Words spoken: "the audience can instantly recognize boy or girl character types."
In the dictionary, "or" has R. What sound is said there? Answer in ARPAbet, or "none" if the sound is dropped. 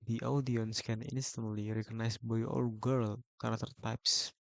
L